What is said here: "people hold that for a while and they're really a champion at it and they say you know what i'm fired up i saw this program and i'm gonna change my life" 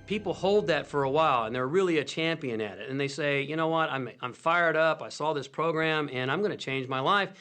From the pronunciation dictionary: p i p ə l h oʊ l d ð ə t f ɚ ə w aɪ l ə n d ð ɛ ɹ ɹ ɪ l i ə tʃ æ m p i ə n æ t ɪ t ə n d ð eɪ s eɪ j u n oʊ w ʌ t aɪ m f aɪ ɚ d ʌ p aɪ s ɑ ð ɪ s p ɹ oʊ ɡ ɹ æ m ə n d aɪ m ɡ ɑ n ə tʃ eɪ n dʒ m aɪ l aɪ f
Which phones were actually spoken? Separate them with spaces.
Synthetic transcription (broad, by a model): p i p l h oʊ l d ð ə t f ɚ ə w aɪ l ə n ð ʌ ɹ ɹ ɪ l i ə tʃ æ m p i ə n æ t ɪ t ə n ð eɪ s eɪ j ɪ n oʊ w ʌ t aɪ m f aɪ ɚ d ʌ p aɪ s ɑ ð ɪ s p ɹ oʊ ɡ ɹ æ m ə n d aɪ m ɡ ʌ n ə tʃ eɪ n dʒ m aɪ l aɪ f